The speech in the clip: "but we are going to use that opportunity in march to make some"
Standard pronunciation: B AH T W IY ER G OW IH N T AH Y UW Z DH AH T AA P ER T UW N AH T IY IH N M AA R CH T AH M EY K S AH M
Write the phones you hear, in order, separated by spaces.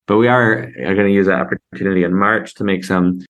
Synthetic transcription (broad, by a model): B AH T W IY ER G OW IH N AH Y UW Z DH AH T AA P ER T UW N AH T IY IH N M AA R CH T AH M EY K S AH M